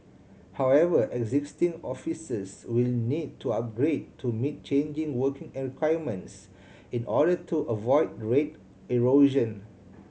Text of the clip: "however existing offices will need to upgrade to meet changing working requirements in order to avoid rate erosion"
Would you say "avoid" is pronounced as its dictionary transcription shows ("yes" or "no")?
yes